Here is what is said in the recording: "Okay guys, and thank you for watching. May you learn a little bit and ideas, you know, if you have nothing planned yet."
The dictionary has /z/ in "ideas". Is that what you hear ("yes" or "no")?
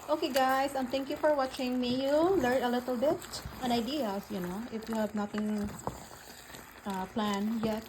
no